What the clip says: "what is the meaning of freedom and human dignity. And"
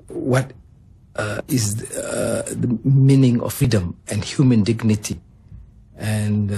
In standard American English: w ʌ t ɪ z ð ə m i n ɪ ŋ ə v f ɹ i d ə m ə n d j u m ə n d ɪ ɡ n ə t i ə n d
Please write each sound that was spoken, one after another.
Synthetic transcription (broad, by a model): w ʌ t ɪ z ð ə m i n ɪ ŋ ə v f ɹ i d ə m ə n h j u m ə n d ɪ ɡ n ə t i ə n